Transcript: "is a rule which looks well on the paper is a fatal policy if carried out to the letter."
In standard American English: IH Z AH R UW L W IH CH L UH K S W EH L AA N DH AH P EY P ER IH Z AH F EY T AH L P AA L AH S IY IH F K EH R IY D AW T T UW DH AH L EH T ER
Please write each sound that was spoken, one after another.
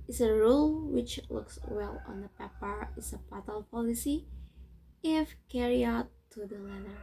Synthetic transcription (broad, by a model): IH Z AH R UW L W IH CH L UH K S W EH L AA N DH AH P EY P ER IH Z AH P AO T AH L P AA L AH S IY IH F K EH R IY AW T T UW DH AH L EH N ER